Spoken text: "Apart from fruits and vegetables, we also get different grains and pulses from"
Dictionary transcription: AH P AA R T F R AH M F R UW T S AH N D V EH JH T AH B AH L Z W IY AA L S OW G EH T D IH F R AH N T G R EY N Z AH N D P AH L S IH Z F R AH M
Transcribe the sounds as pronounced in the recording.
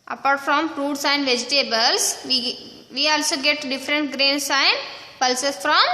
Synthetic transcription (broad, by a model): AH P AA R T F R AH M P R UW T S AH N V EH JH T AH B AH L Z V IY AA L S OW G EH T D IH F R AH N T G R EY N S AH N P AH L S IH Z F R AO M